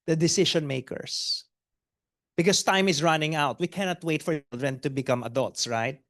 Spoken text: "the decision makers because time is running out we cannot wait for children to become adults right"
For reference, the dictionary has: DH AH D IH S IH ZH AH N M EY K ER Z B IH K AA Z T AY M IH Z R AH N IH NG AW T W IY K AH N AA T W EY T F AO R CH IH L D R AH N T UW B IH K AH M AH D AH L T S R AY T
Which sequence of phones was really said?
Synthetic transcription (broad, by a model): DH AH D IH S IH SH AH N M EY K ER S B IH K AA S T AY M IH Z R AH N IH NG AW T W IY K AH N AA T W EY T F AO R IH L D R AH N T UW B IH K AH M AH D AH L T S R AY T